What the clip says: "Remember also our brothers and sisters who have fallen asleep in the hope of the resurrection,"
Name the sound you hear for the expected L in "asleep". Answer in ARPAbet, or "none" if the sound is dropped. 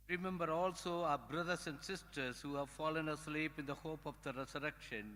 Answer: L